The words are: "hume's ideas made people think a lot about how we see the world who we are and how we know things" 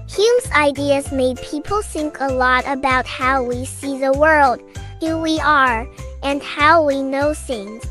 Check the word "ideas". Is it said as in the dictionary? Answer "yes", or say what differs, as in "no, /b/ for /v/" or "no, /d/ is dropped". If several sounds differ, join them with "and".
yes